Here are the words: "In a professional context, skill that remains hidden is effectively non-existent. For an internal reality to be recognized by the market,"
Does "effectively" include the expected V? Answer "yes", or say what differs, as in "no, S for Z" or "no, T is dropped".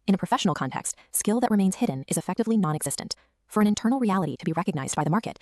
yes